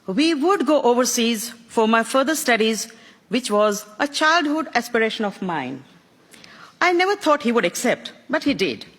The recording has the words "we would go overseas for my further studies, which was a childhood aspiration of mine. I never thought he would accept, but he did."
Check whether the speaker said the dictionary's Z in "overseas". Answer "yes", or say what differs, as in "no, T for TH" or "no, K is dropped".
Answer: yes